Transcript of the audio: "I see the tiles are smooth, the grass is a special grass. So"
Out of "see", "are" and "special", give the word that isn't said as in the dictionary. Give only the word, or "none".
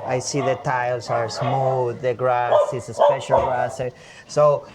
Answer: none